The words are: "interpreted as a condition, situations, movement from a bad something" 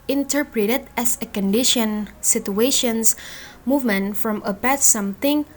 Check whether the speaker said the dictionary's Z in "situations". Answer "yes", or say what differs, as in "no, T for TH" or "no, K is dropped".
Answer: no, S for Z